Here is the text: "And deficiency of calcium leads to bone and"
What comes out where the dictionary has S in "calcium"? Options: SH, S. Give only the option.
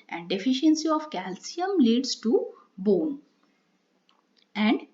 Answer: S